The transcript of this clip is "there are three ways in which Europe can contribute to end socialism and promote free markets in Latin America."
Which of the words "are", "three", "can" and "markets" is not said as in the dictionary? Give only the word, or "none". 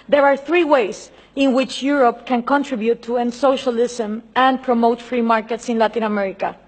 none